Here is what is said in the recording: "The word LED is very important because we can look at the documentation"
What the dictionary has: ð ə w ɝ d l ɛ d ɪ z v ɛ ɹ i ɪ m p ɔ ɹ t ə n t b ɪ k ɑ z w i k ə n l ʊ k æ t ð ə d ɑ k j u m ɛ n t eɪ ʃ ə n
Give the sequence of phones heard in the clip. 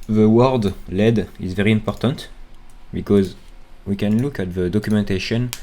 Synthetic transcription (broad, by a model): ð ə w ɝ d l ɛ d ɪ z v ɛ ɹ i ɪ m p ɔ ɹ t ə n t b ɪ k ɑ z w i k ə n l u k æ t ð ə d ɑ k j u m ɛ n t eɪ ʃ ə n